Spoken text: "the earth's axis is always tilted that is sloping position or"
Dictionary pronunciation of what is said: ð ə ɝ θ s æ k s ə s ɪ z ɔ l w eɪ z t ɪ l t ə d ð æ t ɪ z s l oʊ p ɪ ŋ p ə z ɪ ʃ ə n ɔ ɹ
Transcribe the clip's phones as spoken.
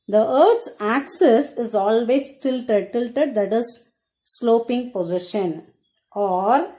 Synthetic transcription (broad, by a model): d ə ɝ t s æ k s ə s ɪ z ɔ l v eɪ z t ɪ l t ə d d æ t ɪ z s l oʊ p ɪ ŋ p ə z ɪ ʃ ə n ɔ ɹ